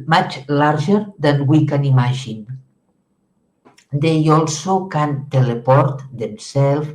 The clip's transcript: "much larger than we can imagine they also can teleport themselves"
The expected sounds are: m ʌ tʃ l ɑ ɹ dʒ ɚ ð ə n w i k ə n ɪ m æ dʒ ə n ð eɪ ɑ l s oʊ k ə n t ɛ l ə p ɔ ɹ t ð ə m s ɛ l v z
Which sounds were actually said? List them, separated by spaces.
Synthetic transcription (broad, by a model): m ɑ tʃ l ɑ ɹ ʒ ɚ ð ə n w i k ə n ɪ m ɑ ʒ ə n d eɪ ɑ l s oʊ k ə n t ɛ l ə p ɔ ɹ t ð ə m s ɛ l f